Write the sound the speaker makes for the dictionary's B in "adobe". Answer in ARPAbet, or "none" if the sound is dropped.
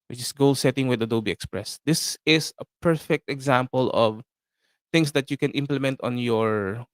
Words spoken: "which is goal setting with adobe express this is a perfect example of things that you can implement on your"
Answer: B